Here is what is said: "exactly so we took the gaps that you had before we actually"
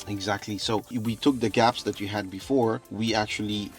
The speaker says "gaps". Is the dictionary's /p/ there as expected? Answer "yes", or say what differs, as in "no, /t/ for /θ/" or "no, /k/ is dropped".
yes